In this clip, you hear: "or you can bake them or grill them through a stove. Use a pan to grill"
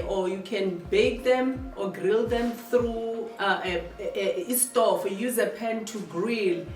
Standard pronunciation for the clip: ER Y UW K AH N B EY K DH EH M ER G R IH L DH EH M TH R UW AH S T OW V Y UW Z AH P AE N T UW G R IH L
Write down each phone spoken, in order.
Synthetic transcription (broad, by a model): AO Y UW K AH N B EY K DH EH M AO G R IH L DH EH M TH R UW AH S T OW F Y UW Z AH P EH N T UW G R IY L